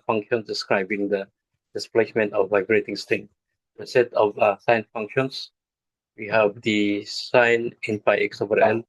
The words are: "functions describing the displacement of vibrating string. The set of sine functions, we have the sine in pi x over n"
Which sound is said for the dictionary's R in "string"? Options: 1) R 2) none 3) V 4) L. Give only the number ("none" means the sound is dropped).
2